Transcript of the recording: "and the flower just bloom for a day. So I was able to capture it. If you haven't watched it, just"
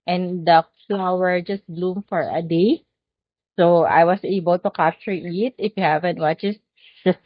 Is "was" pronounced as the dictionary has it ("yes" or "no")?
no